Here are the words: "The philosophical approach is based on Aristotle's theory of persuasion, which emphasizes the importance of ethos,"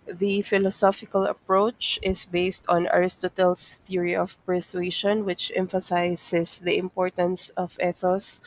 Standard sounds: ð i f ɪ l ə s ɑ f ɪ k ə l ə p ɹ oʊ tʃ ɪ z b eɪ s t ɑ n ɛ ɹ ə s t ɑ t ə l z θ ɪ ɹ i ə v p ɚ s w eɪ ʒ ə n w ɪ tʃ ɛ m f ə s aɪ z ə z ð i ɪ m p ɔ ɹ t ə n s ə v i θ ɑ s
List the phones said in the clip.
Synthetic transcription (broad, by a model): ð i f ɪ l ə s ɑ f ɪ k ə l ə p ɹ oʊ tʃ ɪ s b eɪ s t ɑ n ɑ ɹ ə s t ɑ t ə l s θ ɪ ɹ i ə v p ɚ s w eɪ ʃ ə n w ɪ tʃ ɛ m f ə s aɪ s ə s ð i ɪ m p ɔ ɹ t ə n s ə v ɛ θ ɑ s